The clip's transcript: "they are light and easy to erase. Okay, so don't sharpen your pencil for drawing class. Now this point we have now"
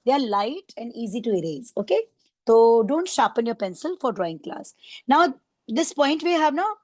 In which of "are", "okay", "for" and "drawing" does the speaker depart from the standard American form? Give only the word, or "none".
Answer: none